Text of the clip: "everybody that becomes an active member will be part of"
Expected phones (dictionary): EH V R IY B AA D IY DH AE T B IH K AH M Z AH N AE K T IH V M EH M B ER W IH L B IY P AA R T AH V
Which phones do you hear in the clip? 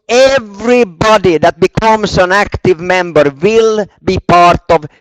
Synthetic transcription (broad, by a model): EH V R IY B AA D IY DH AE T B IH K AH M S AH N AE K T IH V M EH M B ER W IH L B IY P AA R T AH V